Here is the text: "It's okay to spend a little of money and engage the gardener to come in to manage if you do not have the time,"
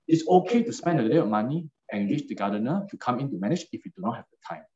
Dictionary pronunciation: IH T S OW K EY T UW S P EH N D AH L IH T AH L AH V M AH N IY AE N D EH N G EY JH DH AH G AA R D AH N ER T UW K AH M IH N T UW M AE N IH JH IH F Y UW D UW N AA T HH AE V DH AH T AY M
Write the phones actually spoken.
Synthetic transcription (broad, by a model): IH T S OW K EY T UW S P EH N D AH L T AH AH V M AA N IY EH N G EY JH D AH G AA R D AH N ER T UW K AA M IH N T UW M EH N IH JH IH F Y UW D UW N AA T HH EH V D AH T AY M